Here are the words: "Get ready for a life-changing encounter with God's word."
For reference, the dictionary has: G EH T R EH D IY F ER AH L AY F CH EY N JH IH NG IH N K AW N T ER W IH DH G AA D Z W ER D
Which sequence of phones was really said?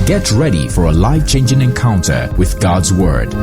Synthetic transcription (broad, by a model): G EH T R EH D IY F ER AH L AY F CH EY N JH IH NG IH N K AW N T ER W IH DH G AA D Z W ER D